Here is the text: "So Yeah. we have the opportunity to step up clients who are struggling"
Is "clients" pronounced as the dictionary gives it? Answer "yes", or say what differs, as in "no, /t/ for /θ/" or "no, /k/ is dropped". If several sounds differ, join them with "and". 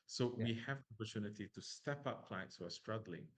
no, /n/ is dropped